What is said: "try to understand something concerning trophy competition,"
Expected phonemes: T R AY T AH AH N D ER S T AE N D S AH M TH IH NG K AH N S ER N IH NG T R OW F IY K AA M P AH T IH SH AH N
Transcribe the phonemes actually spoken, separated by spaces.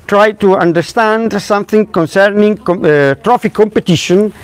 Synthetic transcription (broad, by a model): T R AY T AH AH N D ER S T AE N D S AH M TH IH NG K AH N S ER N IH NG T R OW F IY K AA M P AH T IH SH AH N